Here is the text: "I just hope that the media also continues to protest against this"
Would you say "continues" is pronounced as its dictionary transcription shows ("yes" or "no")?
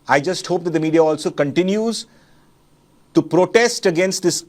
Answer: yes